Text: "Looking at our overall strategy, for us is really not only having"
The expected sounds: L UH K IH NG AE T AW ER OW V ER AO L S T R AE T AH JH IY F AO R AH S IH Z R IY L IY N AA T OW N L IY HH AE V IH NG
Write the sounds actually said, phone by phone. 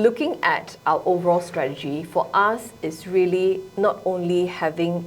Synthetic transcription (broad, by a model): L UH K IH NG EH T AW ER OW V ER AO L S T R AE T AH JH IY F AO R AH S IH S R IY L IY N AA T OW N L IY HH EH V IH NG